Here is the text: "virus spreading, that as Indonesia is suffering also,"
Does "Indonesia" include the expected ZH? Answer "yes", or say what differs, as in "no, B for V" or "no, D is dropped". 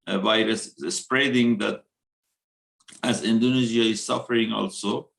no, Z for ZH